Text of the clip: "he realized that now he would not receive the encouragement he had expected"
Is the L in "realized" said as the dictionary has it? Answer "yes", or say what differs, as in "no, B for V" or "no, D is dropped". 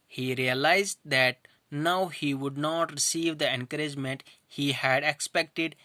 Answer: yes